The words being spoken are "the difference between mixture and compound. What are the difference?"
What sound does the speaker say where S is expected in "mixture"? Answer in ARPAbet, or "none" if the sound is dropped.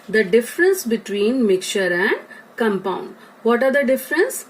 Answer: none